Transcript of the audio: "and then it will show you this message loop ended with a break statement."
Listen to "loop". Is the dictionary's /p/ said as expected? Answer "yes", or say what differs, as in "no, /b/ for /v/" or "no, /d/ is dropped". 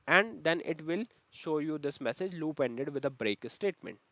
yes